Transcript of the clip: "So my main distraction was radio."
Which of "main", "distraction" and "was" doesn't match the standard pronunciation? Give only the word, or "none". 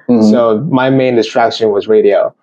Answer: none